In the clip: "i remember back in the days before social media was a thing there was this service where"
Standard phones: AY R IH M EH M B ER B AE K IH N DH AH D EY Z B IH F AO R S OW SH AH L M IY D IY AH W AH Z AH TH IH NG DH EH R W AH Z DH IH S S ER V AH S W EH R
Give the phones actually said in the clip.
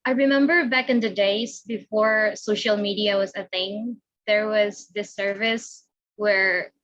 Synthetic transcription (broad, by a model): AY R IH M EH M B ER B AE K IH N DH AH D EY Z B IH F AO R S OW SH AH L M IY D IY AH W AH Z AH TH IH NG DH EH R W AH Z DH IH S S ER V AH S W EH R